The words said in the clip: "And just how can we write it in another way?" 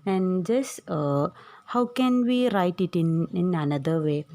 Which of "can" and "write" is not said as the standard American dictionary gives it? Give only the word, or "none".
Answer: none